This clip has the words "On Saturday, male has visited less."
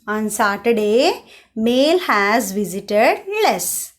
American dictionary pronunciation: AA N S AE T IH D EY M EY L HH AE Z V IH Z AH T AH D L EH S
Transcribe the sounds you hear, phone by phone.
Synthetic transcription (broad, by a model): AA N S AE T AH D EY M EY L HH AE Z V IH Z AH T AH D L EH S